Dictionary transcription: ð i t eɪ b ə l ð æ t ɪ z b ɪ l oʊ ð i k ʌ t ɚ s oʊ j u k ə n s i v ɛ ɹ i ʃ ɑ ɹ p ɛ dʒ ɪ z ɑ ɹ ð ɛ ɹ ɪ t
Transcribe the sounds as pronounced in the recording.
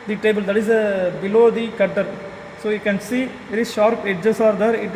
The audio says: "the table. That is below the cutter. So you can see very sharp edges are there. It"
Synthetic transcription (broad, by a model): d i t eɪ b ə l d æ t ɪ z b ɪ l oʊ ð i k ʌ t ɚ s oʊ j u k ə n s i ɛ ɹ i ʃ ɑ ɹ p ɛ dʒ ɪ s ɑ ɹ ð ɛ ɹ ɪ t